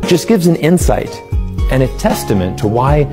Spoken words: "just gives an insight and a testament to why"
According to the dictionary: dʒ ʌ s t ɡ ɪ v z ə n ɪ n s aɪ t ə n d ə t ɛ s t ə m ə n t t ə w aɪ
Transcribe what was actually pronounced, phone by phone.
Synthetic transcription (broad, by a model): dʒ ʌ s ɡ ɪ v z ə n ɪ n s aɪ t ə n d ə t ɛ s t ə m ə n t t ə w aɪ